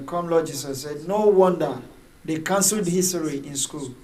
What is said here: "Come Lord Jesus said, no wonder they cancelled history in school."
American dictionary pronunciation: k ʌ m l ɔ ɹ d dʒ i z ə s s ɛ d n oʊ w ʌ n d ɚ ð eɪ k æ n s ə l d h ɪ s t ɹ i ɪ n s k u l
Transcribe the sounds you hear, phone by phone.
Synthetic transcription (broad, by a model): k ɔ m l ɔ dʒ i s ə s s ɛ d n oʊ w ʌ n d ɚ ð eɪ k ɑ n s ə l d h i s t ɹ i ɪ n s k u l